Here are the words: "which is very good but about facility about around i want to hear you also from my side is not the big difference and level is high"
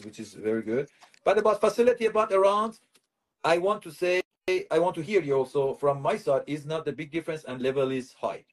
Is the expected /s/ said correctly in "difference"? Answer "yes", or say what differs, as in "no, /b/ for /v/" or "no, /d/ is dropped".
yes